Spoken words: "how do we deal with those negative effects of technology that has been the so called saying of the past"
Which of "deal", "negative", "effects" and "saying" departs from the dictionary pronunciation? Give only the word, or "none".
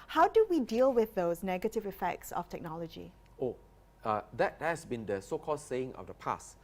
none